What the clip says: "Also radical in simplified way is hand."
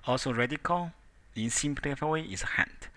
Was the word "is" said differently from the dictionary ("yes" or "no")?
yes